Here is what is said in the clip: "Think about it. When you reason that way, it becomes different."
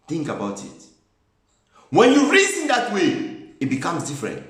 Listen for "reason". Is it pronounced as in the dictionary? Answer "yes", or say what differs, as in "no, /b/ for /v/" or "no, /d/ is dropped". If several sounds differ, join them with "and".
no, /s/ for /z/